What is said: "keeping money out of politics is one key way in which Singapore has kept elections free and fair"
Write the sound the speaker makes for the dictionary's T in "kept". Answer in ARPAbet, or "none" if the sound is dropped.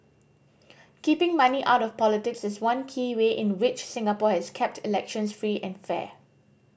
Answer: T